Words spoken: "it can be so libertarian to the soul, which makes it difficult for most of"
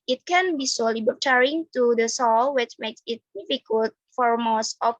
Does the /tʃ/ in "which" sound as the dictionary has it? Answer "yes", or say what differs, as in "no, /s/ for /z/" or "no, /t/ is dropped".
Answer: yes